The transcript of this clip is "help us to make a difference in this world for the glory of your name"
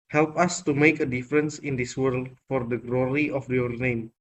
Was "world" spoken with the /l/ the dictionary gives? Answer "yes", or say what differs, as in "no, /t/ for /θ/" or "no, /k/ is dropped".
yes